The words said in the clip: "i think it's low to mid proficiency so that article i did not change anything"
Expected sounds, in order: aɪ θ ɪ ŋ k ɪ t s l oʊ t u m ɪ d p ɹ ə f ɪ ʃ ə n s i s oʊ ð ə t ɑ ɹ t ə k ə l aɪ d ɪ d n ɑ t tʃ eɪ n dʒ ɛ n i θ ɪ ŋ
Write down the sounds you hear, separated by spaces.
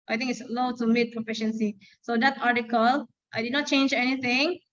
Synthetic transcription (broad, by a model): aɪ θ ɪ ŋ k ɪ t s l oʊ t u m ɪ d p ɹ ə f ɪ ʃ ə n s i s oʊ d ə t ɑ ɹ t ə k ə l aɪ d ɪ d n ɑ t tʃ eɪ n dʒ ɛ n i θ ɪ ŋ